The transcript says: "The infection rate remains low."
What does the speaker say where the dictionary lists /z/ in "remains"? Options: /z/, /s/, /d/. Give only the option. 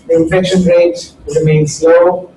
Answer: /s/